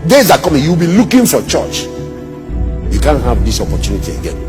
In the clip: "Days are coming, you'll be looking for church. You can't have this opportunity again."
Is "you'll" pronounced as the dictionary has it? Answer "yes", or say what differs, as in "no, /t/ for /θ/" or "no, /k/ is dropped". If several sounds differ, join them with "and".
no, /w/ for /l/